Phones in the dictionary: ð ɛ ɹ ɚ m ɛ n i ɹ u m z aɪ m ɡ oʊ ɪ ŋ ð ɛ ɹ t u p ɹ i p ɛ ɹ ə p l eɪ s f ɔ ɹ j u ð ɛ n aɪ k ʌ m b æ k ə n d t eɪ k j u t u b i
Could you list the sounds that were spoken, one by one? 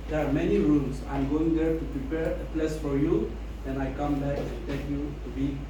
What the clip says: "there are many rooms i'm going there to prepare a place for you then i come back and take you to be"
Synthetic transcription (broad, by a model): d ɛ ɹ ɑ m ɛ n i ɹ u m s aɪ m ɡ oʊ ɪ ŋ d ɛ ɹ t u p ɹ i p ɛ ɹ ə p l eɪ s f ɔ ɹ j u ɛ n aɪ k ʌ m b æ k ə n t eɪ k j u t u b i